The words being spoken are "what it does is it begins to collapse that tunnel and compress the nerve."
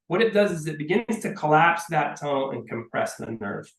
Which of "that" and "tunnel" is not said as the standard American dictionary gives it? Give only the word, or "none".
tunnel